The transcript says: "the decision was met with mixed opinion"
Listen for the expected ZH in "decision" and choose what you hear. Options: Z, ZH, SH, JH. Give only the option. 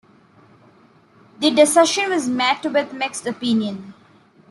SH